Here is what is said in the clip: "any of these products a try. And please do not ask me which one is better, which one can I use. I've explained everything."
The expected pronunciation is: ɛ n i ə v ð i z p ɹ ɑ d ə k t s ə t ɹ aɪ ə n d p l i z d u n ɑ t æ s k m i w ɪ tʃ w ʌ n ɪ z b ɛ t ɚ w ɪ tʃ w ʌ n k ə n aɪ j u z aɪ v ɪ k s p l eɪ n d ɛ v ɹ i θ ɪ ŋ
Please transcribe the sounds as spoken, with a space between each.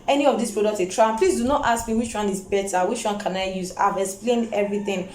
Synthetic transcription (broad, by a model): ɛ n i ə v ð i s p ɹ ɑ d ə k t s ə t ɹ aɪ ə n p l i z d u n ɑ t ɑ s k m i w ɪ tʃ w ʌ n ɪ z b ɛ t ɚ w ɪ tʃ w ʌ n k ə n aɪ j u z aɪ v ɪ k s p l eɪ n d ɛ v ɹ i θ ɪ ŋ